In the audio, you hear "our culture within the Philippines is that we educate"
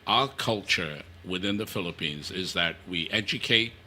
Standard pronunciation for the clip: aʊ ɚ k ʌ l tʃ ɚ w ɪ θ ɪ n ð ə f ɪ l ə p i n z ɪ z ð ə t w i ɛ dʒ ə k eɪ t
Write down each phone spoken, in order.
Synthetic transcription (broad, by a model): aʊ ɚ k ʌ l tʃ ɚ w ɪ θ ɪ n ð ə f ɪ l ə p i n z ɪ z ð ə t w i ɛ dʒ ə k eɪ t